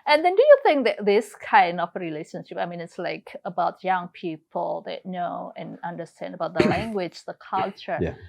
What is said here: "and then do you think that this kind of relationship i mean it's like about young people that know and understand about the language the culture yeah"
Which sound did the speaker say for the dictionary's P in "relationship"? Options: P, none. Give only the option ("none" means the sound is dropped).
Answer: P